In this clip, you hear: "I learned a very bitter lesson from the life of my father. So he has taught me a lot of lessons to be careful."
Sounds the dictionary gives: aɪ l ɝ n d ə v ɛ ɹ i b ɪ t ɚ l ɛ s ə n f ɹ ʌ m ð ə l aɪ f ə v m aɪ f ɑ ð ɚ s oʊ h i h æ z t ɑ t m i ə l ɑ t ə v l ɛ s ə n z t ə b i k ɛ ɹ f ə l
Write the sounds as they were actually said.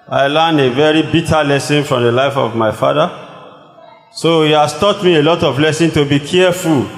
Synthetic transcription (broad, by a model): aɪ l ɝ n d ə v ɛ ɹ i b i t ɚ l ɛ s ə n f ɹ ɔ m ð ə l aɪ f ə v m aɪ f ɑ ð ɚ s oʊ h i h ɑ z t ɑ t m i ə l ɑ t ə v l ɛ s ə n t ə b i k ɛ f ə l